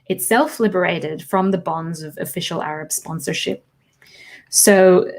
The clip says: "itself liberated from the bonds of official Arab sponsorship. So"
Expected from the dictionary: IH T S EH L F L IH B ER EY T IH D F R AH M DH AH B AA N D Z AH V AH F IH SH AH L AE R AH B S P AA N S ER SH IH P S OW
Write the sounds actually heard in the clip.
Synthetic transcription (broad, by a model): IH T S EH L F L IH B ER EY T IH D F R AH M DH AH B AA N D Z AH V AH F IH SH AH L AE R AH B S P AA N S ER SH IH P S OW